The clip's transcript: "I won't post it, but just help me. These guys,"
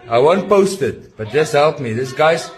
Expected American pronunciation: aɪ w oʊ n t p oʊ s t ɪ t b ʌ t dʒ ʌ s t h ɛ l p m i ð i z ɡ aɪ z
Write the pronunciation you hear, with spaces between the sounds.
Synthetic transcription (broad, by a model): aɪ w oʊ n t p oʊ s t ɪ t b ʌ t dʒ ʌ s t h ɛ l p m i ð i s ɡ aɪ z